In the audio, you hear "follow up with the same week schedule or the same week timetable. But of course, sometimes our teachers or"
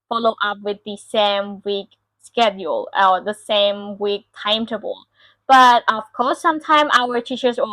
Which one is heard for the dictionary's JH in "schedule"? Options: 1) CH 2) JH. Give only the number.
2